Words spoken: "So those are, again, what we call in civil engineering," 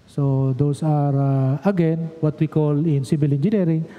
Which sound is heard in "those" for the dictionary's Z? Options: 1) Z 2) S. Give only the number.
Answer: 2